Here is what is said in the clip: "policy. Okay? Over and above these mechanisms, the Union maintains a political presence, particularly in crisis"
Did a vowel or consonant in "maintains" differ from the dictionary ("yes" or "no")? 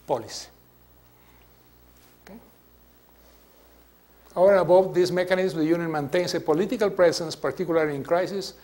yes